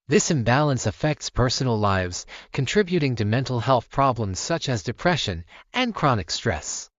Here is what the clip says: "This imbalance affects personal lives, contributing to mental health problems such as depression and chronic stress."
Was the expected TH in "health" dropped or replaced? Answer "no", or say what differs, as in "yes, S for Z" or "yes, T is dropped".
no